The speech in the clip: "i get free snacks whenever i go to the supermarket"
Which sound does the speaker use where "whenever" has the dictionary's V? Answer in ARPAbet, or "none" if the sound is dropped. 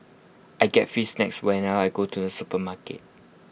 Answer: none